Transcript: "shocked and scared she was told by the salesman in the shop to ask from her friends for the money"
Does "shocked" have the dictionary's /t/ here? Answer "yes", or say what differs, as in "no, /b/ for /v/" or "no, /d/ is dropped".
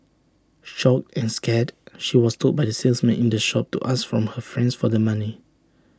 no, /t/ is dropped